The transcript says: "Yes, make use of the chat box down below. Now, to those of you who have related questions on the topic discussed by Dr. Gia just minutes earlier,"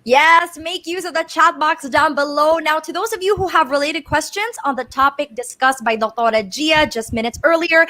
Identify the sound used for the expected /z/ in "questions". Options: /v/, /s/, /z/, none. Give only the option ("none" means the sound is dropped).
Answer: /z/